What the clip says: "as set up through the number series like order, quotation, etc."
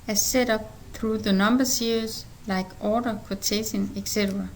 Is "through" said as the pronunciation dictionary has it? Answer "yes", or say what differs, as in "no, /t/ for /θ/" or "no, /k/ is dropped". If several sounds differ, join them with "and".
yes